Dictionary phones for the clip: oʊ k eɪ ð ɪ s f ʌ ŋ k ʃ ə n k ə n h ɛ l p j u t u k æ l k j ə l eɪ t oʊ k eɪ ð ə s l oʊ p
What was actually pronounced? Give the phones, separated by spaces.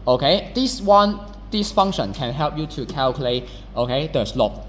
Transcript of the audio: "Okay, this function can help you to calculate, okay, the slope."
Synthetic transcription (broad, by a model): oʊ k eɪ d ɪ s f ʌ ŋ ʃ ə n k ə n h ɛ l p j u t u k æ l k j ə l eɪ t oʊ k eɪ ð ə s l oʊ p